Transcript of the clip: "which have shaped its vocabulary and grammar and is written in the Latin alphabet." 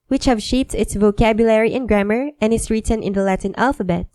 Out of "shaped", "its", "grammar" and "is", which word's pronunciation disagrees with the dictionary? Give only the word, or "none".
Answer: is